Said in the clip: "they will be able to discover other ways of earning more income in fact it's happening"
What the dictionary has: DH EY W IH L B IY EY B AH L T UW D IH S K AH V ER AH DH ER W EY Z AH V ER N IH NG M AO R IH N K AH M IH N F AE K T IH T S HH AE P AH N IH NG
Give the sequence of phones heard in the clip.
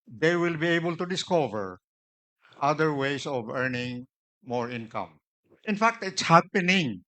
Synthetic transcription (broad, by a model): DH EY W IH L B IY EY B AH L T UW D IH S K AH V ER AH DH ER W EY S AH V ER N IH NG M AO R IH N K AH M IH N F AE K T IH T S HH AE P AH N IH NG